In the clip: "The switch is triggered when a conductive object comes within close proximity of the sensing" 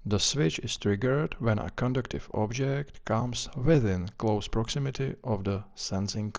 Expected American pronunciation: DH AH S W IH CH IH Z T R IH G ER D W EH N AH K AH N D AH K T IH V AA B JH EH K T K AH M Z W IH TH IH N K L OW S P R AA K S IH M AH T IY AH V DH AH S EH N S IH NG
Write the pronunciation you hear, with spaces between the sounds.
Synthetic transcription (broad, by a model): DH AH S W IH CH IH S T R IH G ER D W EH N AH K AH N D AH K T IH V AA B JH EH K T K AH M S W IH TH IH N K L OW S P R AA K S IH M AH T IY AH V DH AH S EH N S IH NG